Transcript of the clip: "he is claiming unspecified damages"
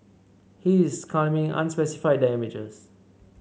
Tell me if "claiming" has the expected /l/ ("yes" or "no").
no